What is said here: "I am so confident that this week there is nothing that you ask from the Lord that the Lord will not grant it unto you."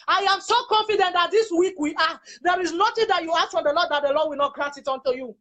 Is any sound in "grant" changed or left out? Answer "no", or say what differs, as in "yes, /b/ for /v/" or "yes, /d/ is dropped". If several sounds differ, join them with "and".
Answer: yes, /n/ is dropped